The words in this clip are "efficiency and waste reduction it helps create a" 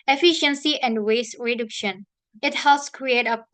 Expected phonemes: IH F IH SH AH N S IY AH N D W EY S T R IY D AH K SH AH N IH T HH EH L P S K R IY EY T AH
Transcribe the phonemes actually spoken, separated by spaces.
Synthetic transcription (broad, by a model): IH F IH SH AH N S IY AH N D W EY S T R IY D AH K SH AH N IH T HH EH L S K R IY EY T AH